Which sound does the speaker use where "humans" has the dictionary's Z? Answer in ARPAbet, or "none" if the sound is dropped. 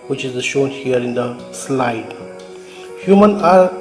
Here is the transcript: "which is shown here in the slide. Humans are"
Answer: none